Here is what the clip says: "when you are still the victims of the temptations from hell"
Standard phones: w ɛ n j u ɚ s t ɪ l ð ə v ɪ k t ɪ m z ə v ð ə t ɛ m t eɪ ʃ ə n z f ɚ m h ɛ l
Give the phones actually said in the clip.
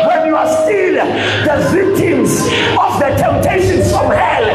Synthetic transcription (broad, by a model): w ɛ n j u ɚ s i n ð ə v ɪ k t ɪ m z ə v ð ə t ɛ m t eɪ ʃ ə n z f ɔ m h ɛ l